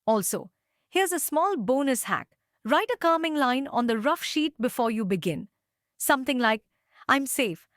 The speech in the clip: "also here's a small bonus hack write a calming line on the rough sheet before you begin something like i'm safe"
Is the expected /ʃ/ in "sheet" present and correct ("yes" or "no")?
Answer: yes